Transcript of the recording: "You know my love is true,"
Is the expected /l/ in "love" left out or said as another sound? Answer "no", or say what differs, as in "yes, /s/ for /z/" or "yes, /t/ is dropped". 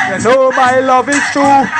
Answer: no